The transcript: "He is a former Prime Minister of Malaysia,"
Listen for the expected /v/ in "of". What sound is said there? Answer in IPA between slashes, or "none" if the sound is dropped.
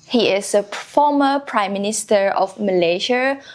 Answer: /f/